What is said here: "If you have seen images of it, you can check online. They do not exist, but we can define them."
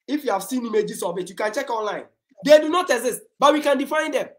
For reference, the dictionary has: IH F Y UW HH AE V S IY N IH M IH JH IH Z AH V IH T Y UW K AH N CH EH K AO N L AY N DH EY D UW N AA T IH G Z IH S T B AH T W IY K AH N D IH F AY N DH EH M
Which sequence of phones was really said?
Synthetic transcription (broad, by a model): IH F Y UW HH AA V S IY N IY M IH JH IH S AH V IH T Y UW K AH N CH EH K AO N L AY N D EY D UW N AA T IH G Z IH S T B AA T W IY K AH N D IH F AY N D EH M